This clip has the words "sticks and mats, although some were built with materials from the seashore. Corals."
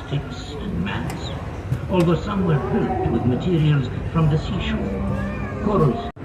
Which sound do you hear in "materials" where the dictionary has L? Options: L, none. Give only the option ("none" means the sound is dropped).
L